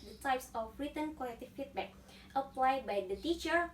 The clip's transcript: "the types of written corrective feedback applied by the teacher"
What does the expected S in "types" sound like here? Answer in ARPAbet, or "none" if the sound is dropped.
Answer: S